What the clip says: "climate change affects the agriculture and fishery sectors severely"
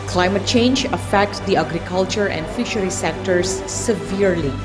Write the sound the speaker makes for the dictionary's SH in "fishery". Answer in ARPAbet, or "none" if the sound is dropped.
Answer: SH